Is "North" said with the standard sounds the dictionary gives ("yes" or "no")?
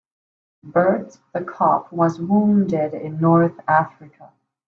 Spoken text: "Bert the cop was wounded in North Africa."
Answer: yes